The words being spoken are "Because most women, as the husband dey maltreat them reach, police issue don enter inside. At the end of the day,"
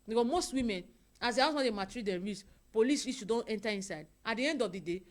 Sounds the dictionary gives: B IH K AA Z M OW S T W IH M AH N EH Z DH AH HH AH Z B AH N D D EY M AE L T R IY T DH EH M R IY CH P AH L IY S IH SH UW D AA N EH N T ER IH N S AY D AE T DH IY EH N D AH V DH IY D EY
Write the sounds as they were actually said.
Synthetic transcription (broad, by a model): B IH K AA M OW S T W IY M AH N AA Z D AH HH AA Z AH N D D EY M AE T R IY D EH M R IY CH P AH L IY S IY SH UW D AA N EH N T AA IH N S AY D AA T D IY EH N D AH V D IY D EY